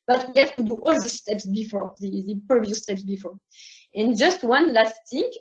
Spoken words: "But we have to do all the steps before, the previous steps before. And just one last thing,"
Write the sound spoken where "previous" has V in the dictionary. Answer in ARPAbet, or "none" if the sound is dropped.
P